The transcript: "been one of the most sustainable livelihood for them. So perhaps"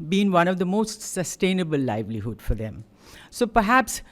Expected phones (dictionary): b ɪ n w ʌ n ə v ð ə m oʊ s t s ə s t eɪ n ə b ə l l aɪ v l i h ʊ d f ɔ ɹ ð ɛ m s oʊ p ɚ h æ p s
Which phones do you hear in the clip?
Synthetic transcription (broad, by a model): b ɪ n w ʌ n ə v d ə m oʊ s t s ə s t eɪ n ə b ə l l aɪ v l i h ʊ d f ɔ ɹ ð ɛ m s oʊ p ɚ h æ p s